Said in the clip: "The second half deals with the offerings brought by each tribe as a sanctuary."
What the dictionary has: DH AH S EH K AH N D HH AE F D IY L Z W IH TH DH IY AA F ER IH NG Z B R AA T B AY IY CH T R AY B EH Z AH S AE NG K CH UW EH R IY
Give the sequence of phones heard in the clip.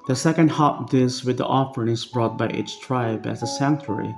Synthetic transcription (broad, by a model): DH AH S EH K AH N D HH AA P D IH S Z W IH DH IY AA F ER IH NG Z B R AA T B AY IY CH T R AY B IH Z AH S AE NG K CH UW R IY